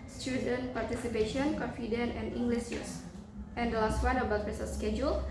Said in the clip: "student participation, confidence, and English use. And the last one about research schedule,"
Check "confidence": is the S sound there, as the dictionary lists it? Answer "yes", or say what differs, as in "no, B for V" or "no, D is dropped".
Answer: no, S is dropped